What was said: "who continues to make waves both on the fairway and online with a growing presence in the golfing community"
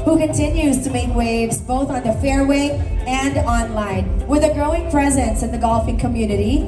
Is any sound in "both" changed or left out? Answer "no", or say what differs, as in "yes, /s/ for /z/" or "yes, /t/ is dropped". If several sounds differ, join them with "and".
no